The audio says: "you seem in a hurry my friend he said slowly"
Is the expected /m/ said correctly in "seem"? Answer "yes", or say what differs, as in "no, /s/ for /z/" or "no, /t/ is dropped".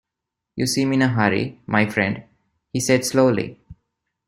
yes